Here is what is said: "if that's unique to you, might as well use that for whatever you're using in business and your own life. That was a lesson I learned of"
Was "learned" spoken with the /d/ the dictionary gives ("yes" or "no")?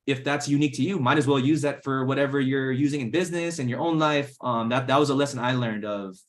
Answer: yes